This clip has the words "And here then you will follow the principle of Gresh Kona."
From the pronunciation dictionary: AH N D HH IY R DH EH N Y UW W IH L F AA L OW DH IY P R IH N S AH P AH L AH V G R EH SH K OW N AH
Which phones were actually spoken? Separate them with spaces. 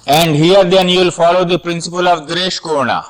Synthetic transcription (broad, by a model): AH N D HH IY R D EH N Y UW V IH L F AA L OW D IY P R IH N S AH P AH L AH V G R EH SH K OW N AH